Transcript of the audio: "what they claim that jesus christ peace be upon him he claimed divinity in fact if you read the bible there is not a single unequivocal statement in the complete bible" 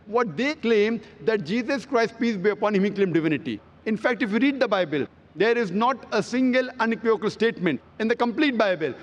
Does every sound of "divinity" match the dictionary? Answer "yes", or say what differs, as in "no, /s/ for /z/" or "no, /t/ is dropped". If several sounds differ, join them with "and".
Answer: yes